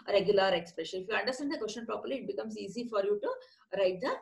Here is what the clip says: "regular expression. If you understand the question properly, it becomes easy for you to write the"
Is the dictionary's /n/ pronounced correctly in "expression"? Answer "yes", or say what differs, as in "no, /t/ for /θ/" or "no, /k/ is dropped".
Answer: no, /l/ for /n/